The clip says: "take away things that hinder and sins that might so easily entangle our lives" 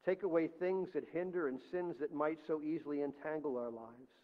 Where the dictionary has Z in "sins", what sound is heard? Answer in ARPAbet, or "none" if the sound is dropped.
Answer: Z